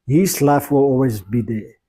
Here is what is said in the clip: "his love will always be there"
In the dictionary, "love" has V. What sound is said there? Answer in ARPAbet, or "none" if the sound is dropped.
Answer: F